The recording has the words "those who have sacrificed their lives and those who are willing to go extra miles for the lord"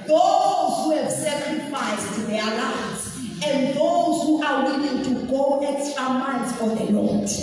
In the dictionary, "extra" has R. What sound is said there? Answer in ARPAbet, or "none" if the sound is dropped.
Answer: none